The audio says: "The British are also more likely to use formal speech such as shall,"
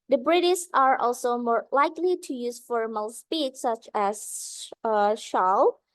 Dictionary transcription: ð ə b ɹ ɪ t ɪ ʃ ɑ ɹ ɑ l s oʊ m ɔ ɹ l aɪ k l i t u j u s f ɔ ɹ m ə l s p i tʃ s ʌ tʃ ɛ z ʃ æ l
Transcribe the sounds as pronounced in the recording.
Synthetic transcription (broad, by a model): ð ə b ɹ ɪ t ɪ s ɑ ɹ ɑ l s oʊ m ɔ ɹ l aɪ k l i t u j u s f ɔ ɹ m ə l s p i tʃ s ʌ tʃ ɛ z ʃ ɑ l